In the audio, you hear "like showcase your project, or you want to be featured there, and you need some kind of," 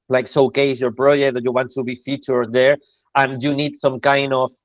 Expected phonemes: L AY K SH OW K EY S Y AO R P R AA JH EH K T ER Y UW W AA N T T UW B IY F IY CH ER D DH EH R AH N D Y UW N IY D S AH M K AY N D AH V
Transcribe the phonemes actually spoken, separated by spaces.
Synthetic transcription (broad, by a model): L AY K S OW K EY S Y AO R P R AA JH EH K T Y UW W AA N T T UW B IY F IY CH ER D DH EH R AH N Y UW N IY D S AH M K AY N D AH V